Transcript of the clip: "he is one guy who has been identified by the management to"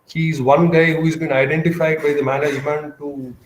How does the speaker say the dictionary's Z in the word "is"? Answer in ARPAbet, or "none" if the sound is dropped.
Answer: Z